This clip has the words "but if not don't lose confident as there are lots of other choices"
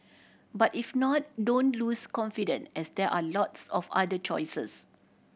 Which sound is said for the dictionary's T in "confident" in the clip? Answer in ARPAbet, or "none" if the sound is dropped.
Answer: none